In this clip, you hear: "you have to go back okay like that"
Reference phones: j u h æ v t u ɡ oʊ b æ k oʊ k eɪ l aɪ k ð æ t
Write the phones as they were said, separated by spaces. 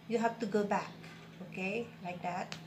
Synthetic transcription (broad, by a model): j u h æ f t u ɡ oʊ b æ k oʊ k eɪ l aɪ k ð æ t